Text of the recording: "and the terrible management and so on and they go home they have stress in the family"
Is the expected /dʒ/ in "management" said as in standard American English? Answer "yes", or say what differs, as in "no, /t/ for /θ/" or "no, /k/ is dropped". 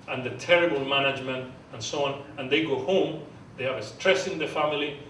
yes